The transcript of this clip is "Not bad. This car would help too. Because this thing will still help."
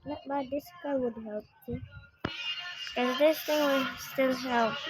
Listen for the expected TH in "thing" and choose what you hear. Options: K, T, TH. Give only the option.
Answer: T